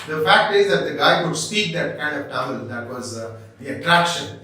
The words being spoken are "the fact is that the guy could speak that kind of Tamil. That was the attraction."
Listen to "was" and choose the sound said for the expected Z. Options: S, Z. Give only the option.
Z